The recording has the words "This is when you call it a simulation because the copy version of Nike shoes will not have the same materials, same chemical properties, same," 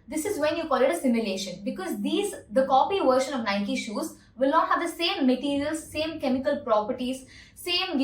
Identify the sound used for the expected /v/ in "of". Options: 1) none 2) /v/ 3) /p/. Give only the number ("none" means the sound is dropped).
2